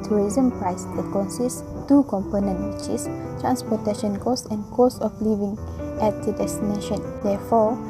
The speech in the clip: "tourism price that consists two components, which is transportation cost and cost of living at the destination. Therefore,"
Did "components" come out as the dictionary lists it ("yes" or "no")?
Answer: no